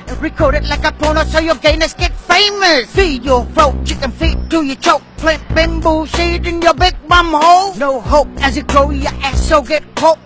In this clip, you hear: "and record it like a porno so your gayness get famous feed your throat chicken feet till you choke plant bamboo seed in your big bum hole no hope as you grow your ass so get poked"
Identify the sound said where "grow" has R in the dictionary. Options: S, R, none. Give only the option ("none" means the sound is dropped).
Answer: none